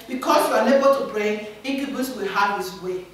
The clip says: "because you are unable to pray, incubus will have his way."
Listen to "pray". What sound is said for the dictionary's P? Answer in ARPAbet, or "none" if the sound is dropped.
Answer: B